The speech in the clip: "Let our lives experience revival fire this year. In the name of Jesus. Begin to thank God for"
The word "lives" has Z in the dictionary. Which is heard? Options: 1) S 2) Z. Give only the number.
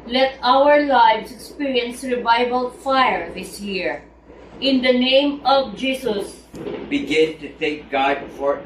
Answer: 1